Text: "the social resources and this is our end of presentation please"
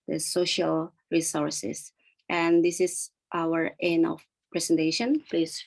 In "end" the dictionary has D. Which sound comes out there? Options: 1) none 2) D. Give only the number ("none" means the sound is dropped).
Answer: 1